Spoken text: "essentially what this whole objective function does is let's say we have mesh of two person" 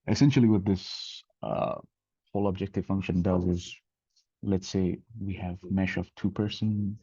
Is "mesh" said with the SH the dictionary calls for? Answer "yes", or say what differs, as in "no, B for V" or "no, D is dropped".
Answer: yes